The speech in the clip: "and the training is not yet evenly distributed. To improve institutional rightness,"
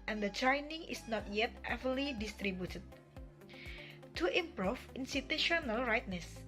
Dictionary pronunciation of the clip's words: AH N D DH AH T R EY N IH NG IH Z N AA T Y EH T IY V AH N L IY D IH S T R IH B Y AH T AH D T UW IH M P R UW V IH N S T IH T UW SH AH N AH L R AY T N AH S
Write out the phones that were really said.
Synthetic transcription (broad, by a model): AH N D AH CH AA N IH NG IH S N AA T Y EH T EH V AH L IY D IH S T R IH B Y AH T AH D T UW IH M P R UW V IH N S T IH T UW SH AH N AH L R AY T N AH S